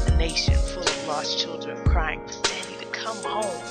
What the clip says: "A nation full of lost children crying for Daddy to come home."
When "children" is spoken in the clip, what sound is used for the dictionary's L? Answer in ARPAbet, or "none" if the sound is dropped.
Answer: L